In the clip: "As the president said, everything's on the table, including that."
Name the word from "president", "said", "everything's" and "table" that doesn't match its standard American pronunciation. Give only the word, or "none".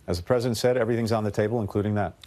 none